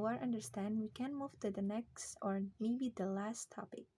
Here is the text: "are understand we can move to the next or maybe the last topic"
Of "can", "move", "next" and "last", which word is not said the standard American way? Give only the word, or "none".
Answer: none